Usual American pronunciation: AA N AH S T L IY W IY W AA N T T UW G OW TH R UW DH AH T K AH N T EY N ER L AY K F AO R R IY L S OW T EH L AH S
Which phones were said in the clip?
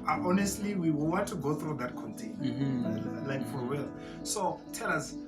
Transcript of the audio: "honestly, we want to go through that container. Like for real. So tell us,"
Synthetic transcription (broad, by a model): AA N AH S T L IY W IY W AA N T T UW G OW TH R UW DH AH T K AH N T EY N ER L AY K F AO R W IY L S OW T EH L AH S